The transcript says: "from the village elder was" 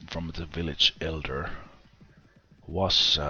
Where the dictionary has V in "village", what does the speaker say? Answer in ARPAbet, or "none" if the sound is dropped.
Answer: V